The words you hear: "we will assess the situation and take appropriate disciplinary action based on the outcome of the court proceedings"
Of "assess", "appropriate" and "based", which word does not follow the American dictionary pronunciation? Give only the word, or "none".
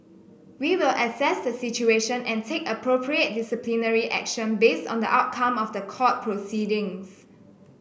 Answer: none